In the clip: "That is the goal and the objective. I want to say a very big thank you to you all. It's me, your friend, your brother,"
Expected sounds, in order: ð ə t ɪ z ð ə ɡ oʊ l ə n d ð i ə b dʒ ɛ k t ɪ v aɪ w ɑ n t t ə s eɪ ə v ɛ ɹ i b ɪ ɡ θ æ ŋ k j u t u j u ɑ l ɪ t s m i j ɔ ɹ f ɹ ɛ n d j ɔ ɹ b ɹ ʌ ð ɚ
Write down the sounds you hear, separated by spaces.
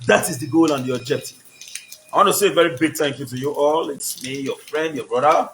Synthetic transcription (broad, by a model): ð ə t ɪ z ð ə ɡ oʊ l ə n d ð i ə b dʒ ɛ k t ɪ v aɪ w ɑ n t t ə s eɪ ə v ɛ ɹ i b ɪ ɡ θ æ ŋ k j u t u j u ɑ l ɪ t s m i j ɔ f ɹ ɛ n d j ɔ b ɹ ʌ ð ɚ